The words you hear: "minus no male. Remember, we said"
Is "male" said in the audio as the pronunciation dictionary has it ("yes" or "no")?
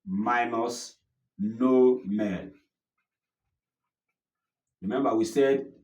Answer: no